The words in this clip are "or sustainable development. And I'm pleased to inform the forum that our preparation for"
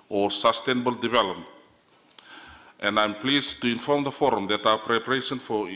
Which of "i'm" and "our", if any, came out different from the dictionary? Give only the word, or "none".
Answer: our